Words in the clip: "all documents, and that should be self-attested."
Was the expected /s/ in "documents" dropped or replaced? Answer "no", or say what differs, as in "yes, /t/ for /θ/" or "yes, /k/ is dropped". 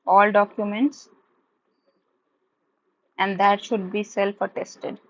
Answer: no